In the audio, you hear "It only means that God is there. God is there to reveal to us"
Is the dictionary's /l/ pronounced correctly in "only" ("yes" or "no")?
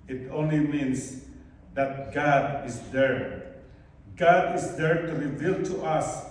yes